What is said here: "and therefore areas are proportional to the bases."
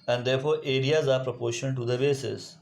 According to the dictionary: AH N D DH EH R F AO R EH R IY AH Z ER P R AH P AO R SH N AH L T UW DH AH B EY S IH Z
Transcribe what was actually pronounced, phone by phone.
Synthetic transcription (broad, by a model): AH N D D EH R F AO R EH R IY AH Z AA P R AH P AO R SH AH N T UW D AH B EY S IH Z